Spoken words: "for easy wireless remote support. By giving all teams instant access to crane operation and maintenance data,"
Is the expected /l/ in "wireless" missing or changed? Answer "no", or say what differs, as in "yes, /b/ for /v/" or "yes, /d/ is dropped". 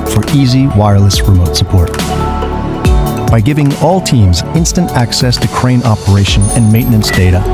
no